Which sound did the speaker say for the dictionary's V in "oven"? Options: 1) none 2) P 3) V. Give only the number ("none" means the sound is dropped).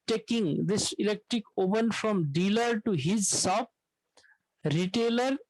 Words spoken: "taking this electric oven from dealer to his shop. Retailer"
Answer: 2